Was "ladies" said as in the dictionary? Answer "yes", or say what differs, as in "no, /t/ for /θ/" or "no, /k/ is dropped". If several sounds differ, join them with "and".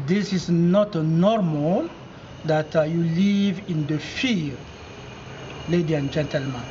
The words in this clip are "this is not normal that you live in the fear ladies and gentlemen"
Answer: no, /z/ is dropped